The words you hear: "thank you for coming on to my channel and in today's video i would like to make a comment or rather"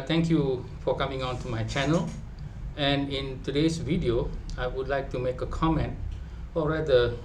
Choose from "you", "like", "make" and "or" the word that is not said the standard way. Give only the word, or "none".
or